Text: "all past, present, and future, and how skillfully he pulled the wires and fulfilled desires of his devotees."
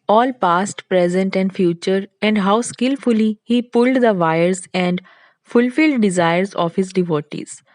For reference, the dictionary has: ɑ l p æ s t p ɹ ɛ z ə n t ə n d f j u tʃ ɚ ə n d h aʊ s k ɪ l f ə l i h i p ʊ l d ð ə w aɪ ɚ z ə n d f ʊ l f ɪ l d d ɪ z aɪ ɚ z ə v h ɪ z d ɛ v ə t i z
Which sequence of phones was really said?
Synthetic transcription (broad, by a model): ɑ l p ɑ s t p ɹ ɛ z ə n t ə n d f j u tʃ ɚ ə n d h aʊ s k ɪ l f ə l i h i p ʊ l d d ə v aɪ ɚ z ə n d f ʊ l f ɪ l d d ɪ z aɪ ɚ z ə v h ɪ z d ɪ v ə t i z